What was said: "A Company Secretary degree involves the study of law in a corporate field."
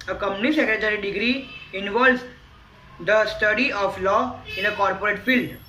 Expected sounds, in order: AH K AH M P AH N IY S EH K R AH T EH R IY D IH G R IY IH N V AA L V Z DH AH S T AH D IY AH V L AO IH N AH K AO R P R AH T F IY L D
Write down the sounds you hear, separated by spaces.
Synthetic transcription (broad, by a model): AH K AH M AH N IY S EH K R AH T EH R IY D IH G R IY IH N V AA L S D AH S T AH D IY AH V L AO IH N AH K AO R P R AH T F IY L D